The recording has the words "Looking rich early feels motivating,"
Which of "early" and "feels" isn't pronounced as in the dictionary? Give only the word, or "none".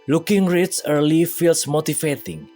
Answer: feels